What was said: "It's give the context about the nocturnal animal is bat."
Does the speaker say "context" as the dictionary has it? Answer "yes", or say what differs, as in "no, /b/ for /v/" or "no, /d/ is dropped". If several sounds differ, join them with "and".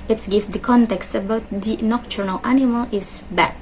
yes